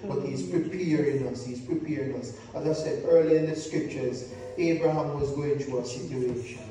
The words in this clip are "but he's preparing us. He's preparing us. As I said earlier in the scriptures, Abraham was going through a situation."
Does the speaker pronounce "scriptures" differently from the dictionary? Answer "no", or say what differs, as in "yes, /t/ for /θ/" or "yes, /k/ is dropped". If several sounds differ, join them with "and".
no